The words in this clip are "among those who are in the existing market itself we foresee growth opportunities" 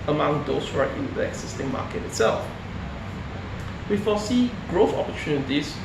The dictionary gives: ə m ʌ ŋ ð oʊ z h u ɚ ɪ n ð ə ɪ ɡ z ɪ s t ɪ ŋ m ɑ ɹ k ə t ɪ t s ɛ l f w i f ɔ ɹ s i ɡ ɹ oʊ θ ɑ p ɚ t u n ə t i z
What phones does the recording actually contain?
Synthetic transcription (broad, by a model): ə m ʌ ŋ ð oʊ s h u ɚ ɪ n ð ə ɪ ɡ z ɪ s t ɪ ŋ m ɑ k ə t ɪ t s ɛ l f w i f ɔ s i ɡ ɹ oʊ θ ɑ p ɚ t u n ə t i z